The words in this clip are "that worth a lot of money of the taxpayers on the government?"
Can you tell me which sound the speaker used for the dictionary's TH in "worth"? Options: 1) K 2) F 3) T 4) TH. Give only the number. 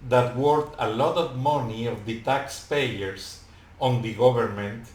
3